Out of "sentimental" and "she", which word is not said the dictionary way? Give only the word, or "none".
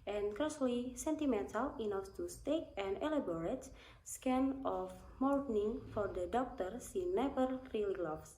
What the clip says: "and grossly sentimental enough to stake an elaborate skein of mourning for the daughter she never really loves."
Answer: she